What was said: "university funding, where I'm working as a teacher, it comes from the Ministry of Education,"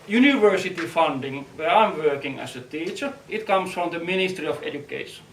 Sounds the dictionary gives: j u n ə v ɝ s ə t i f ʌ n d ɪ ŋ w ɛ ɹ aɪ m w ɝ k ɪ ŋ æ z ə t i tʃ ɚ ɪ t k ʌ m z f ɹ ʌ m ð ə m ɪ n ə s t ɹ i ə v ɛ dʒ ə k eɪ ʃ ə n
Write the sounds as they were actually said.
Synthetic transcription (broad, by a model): j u n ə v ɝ s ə t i f ʌ n d ɪ ŋ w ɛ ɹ aɪ m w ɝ k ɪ ŋ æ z ə t i tʃ ɚ ɪ t k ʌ m s f ɹ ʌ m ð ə m ɪ n ə s t ɹ i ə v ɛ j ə k eɪ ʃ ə n